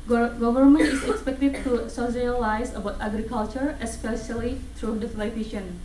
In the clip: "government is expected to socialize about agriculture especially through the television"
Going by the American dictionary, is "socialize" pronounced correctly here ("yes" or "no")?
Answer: no